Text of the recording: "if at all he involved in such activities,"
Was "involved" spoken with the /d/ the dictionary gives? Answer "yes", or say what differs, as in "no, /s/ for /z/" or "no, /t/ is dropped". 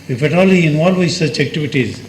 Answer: no, /d/ is dropped